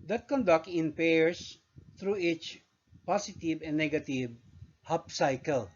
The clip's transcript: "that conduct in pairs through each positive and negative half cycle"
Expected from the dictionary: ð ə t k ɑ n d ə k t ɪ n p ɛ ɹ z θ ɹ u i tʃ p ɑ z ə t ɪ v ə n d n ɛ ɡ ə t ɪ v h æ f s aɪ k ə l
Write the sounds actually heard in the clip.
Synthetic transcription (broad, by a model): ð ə t k ɑ n d ə k t ɪ n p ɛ ɹ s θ ɹ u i tʃ p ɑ s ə t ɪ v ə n n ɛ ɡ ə t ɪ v h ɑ p s aɪ k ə l